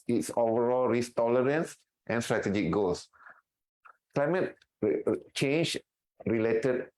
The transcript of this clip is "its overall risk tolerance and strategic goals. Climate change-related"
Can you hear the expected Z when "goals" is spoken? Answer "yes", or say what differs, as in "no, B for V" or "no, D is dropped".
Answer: no, S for Z